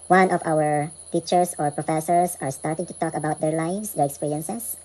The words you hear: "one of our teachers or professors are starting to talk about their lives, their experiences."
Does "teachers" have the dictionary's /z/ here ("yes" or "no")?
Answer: no